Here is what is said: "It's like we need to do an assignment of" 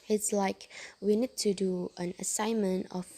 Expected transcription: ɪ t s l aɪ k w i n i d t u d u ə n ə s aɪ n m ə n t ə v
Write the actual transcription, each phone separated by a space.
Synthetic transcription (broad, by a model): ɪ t s l aɪ k w i n i d t u d u ə n ə s aɪ n m ə n t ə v